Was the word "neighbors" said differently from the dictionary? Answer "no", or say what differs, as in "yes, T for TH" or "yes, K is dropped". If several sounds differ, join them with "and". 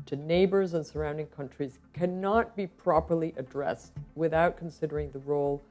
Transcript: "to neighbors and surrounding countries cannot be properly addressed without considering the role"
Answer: no